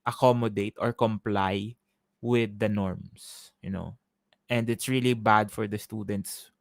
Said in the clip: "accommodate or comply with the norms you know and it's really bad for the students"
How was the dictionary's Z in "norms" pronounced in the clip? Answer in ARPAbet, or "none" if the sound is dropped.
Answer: S